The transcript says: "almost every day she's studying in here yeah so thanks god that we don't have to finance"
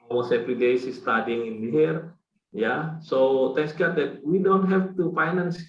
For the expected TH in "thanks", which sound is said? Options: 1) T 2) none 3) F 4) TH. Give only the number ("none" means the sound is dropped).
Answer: 1